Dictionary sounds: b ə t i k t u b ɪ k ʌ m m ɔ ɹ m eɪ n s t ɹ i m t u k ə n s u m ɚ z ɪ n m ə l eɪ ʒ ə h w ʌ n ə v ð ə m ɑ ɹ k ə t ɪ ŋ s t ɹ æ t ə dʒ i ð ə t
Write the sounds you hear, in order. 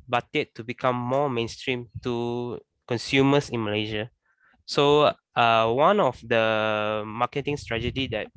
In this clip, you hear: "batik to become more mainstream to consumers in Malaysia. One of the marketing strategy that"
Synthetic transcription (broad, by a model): b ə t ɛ t u b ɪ k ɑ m m ɔ m eɪ n s t ɹ i m t u k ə n s u m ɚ s ɪ n m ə l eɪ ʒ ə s w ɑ n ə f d ə m ɑ k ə t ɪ ŋ s t ɹ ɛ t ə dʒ i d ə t